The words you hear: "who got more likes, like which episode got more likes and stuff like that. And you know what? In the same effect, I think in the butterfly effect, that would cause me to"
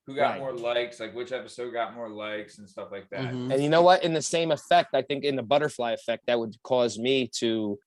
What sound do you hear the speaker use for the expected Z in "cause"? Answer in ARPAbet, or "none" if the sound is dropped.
Z